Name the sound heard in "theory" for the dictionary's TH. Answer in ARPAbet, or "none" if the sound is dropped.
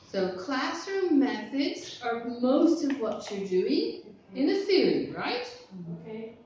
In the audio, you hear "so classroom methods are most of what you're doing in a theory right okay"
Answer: F